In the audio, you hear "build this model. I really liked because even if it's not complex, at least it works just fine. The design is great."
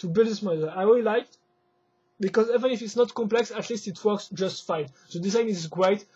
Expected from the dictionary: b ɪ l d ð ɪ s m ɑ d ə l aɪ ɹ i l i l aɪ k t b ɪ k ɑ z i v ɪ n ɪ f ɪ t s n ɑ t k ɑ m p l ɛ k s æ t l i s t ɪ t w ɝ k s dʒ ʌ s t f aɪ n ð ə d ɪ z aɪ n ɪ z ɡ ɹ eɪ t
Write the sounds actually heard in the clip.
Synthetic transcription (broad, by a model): b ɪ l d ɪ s m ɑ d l aɪ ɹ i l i l aɪ k t b ɪ k ɑ z i v ɪ n ɪ f ɪ t s n ɑ t k ɑ m p l ɛ k s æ t l i s t ɪ t w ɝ k s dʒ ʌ s t f aɪ n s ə d ɪ z aɪ n ɪ z ɡ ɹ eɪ t